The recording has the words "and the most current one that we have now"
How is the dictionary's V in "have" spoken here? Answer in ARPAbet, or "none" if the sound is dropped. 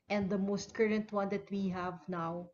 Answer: V